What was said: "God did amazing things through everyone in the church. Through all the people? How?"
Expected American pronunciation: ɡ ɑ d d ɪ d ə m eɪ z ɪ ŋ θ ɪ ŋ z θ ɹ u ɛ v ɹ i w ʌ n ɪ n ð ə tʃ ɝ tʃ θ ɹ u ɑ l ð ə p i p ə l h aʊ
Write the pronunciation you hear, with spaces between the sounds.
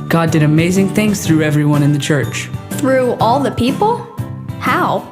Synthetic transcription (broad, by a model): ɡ ɑ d d ɪ d ə m eɪ z ɪ ŋ θ ɪ ŋ z θ ɹ u ɛ v ɹ i w ʌ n ɪ n ð ə tʃ ɝ tʃ θ ɹ u ɑ l ð ə p i p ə l h aʊ